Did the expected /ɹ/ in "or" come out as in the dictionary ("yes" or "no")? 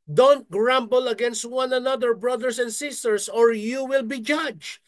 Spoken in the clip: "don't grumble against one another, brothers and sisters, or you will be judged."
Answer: yes